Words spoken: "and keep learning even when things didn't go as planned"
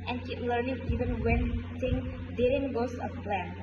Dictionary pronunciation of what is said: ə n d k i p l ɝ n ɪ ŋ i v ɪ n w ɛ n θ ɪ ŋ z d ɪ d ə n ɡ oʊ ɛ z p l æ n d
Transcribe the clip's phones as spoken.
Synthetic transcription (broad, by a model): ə n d k i p l ɝ n ɪ ŋ i v ɪ n w ɛ n s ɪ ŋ d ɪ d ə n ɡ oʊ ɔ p l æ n